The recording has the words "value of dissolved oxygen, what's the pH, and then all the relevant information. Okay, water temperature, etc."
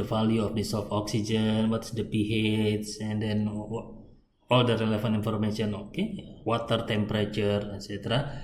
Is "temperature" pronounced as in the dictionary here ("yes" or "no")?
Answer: yes